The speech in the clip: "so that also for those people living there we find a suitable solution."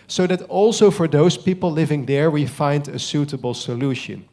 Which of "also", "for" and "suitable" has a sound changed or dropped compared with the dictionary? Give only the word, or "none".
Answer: none